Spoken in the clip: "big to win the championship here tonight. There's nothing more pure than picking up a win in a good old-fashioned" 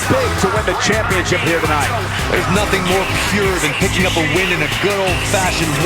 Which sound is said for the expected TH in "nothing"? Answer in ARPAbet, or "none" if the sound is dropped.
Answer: TH